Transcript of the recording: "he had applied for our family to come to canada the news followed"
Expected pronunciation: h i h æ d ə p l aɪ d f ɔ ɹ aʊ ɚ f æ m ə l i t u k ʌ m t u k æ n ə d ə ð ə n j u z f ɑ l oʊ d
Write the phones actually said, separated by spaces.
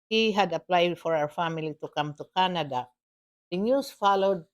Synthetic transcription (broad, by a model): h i h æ d ə p l aɪ d f ɔ ɹ aʊ ɚ f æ m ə l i t u k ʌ m t u k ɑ n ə d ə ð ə n j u s f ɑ l oʊ d